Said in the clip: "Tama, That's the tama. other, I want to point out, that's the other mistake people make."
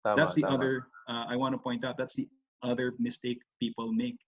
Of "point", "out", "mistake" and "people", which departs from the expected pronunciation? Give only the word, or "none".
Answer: none